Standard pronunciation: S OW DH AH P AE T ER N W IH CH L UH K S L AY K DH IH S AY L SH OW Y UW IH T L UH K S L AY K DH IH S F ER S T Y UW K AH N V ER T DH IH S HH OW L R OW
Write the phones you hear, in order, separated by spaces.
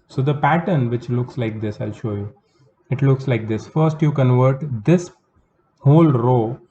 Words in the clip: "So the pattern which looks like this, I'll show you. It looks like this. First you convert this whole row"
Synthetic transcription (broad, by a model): S OW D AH P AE T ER N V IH CH L UH K S L AY K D IH S AY L SH OW Y UW IH T L UH K S L AY K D IH S F ER S T Y UW K AH N V ER T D IH S HH OW L R OW